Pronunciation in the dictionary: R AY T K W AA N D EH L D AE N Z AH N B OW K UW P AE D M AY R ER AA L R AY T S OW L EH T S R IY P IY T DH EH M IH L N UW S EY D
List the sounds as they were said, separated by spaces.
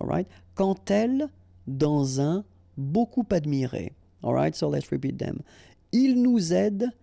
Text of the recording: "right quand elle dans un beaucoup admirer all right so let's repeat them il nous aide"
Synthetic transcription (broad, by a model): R AY T K AA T EH L D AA Z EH B OW K UW P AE D M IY R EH AA L R AY T S OW L EH T S R IY P IY T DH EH M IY L N UW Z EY D